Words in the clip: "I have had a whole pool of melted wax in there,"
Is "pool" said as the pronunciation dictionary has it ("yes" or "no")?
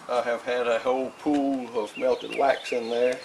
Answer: yes